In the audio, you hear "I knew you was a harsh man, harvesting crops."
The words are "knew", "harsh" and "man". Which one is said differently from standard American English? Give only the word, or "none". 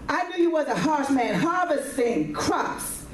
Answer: harsh